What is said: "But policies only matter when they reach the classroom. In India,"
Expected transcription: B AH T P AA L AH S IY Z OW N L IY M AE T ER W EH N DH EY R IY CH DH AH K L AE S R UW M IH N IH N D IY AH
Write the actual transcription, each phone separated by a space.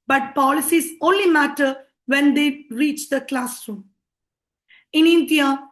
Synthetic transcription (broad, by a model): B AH T P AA L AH S IY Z OW N L IY M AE T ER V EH N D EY R IY CH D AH K L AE S R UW M IH N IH N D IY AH